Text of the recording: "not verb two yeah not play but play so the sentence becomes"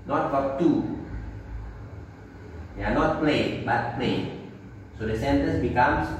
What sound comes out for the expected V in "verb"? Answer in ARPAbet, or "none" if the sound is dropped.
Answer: F